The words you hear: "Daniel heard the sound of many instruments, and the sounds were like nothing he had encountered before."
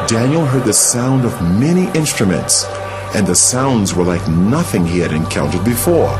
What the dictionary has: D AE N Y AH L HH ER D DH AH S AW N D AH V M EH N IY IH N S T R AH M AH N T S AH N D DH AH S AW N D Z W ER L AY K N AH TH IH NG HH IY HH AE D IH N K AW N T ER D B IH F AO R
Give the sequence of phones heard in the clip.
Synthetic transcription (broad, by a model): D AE N Y L HH ER D DH AH S AW N D AH V M EH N IY IH N S T R AH M AH N T S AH N DH AH S AW N D Z W ER L AY K N AH TH IH NG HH IY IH D IH N K AW N T ER D B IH F AO R